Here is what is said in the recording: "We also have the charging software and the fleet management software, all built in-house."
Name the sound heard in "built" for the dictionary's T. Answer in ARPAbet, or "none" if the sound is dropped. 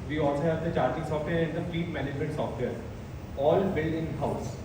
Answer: none